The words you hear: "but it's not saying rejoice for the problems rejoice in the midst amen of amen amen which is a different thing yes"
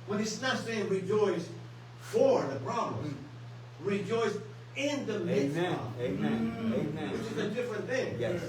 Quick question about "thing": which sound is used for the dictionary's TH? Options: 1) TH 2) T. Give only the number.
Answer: 1